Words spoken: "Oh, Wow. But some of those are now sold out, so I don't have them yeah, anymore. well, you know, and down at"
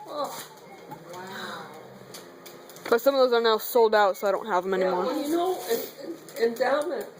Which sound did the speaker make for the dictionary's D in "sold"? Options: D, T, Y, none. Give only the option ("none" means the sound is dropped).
D